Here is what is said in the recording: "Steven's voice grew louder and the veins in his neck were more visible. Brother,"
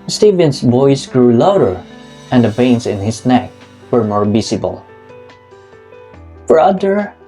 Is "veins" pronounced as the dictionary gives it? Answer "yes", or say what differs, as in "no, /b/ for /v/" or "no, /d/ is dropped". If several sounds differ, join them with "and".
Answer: no, /p/ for /v/